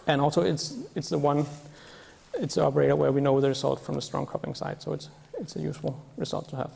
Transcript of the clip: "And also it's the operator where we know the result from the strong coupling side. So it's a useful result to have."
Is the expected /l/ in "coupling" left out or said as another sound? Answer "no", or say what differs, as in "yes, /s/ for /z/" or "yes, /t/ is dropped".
yes, /l/ is dropped